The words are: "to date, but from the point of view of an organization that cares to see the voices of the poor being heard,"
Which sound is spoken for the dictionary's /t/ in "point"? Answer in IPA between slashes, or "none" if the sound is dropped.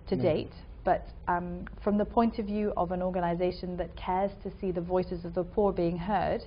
/t/